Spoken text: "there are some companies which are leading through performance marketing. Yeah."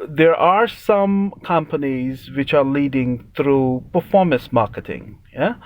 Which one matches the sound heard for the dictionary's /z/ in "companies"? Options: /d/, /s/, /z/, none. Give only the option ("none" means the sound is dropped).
/z/